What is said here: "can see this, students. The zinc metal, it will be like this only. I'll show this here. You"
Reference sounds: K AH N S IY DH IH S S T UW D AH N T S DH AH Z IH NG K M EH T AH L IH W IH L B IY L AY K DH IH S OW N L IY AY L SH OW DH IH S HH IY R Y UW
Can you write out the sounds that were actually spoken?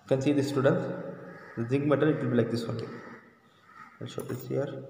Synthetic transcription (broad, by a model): K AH N S IY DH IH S S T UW D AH N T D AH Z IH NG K M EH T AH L IH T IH L B IY L AY K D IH S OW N IY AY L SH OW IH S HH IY R